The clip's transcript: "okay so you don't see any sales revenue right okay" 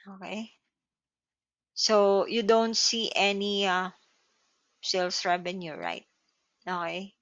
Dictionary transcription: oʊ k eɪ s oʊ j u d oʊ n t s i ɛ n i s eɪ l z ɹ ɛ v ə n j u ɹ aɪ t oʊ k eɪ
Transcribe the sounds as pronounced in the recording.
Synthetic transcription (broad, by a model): oʊ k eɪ s oʊ j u d oʊ n t s i ɛ n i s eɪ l s ɹ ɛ b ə n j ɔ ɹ aɪ t oʊ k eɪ